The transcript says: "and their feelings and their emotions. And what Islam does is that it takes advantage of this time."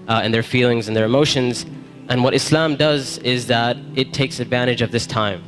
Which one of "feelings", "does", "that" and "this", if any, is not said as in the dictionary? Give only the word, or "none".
none